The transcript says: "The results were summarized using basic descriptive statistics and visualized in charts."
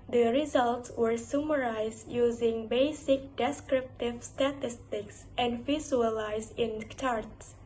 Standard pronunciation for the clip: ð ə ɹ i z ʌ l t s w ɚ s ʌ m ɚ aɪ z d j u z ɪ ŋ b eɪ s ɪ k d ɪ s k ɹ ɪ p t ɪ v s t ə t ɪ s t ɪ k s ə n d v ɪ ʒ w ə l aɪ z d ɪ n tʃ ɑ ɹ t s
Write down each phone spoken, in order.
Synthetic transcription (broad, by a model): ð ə ɹ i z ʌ l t s w ɚ s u m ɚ aɪ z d j u z ɪ ŋ b eɪ s ɪ k d ɪ s k ɹ ɪ p t ɪ v s t ə t ɪ s t ɪ k s ə n d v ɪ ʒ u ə l aɪ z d ɪ n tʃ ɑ ɹ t s